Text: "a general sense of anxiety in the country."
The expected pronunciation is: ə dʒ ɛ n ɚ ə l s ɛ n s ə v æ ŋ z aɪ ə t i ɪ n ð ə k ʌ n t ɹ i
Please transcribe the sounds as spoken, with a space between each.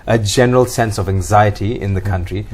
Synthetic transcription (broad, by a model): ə dʒ ɛ n ɚ ə l s ɛ n s ə v æ ŋ z aɪ ə t i ɪ n ð ə k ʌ n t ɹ i